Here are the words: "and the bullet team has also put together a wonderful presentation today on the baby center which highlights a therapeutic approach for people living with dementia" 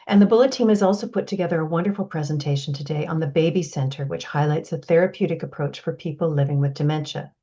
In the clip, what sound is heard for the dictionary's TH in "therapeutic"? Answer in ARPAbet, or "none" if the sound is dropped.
TH